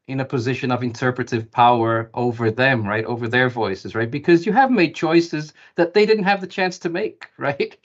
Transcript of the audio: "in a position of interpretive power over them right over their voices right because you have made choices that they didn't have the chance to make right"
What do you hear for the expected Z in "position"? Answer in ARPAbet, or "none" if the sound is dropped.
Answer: Z